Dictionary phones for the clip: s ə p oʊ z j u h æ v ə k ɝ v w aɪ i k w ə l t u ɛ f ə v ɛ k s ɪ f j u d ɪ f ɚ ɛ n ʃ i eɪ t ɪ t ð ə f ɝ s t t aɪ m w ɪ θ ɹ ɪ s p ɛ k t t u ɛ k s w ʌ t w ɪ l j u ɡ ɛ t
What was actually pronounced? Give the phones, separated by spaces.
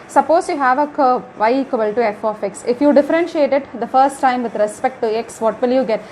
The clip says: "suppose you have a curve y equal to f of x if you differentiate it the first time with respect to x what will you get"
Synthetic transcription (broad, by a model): s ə p oʊ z j u h æ v ə k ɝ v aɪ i k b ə l t u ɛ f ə f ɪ k s ɪ f j u d ɪ f ɚ ɛ n ʃ i eɪ t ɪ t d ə f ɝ s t t aɪ m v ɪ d ɹ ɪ s p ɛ k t t u ɛ k s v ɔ t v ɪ l j u ɡ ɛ t